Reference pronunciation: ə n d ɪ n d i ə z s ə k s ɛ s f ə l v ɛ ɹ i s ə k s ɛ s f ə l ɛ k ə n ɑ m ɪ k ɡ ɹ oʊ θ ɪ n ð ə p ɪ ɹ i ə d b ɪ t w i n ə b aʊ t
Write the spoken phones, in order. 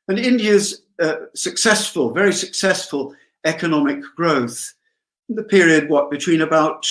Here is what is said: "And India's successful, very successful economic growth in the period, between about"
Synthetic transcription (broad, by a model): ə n ɪ n d i ə z s ə k s ɛ s f ə l v ɛ ɹ i s ə k s ɛ s f ə l ɛ k ə n ɑ m ɪ k ɡ ɹ oʊ θ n ð ə p ɪ ɹ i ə d b ɪ t w i n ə b aʊ t